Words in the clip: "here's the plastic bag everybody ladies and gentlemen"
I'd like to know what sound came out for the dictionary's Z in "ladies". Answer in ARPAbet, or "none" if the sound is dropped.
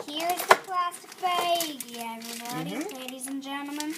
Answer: Z